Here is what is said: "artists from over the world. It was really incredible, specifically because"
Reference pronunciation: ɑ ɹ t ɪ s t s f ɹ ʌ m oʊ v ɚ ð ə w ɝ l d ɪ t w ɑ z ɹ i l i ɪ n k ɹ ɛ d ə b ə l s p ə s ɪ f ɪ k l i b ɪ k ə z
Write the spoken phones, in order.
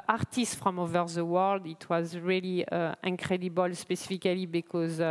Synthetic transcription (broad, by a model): ɑ ɹ t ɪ s t f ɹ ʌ m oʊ v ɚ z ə w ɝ l d ɪ t w ɑ z ɹ i l i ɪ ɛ k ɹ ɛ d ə b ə l s p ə s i f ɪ k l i b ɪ k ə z